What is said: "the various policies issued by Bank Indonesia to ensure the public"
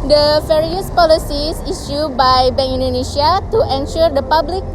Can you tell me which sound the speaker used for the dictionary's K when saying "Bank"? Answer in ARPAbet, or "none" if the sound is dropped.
none